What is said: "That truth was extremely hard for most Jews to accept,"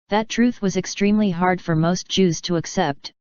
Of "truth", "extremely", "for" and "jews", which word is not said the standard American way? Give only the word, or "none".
none